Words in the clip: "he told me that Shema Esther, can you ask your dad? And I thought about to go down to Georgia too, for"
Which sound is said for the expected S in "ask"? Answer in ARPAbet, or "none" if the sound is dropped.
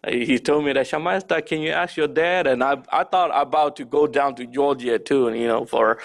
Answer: S